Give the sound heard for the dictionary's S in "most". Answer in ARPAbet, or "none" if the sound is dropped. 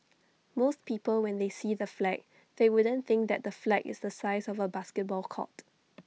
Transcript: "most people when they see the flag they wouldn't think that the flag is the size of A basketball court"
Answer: S